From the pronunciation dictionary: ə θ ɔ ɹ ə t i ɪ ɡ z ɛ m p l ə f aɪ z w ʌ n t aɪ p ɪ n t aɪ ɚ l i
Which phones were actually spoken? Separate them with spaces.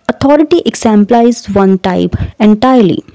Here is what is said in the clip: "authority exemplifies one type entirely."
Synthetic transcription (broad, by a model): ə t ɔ ɹ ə t i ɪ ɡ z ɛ m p l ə ɪ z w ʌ n t aɪ p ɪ n t aɪ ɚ l i